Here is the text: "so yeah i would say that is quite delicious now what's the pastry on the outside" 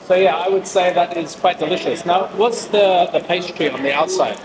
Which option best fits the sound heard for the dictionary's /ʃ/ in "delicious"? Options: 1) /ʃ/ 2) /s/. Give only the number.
1